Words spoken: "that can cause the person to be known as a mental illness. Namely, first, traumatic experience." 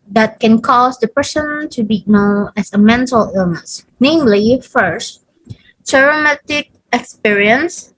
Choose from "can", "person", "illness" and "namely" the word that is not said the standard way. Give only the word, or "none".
none